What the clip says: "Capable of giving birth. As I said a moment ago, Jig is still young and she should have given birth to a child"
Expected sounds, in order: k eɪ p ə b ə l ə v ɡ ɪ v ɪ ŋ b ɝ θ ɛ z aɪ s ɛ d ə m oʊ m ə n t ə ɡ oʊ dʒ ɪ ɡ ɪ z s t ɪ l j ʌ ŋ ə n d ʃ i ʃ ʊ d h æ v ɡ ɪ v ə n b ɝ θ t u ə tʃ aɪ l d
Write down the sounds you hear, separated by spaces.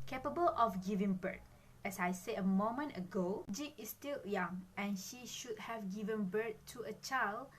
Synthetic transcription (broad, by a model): k eɪ p ə b ə l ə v ɡ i v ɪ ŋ b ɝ t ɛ s aɪ s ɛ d ə m oʊ m ə n t ə ɡ oʊ dʒ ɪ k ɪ s t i l j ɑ ŋ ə n ʃ i ʃ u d h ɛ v ɡ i v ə n b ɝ t u ə tʃ aɪ l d